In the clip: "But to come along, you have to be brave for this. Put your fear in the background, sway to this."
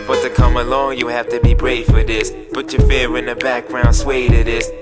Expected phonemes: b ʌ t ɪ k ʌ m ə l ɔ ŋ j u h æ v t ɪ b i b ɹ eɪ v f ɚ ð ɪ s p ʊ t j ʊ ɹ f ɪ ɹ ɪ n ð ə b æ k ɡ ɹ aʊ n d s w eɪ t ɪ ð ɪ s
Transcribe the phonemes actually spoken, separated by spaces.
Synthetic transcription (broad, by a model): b ʌ t ɪ k ʌ m ə l ɔ ŋ j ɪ h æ f t ɪ b i b ɹ eɪ v f ɚ ð ɪ s b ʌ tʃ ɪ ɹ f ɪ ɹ ɪ n ð ə b æ k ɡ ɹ aʊ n s w eɪ t ɪ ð ɪ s